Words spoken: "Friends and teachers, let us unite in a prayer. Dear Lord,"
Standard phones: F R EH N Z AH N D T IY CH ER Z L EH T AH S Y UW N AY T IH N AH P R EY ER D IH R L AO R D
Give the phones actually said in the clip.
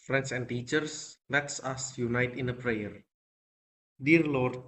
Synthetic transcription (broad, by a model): F R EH N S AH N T IY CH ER S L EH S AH S Y UW N AY T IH N AH P R EY ER D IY R L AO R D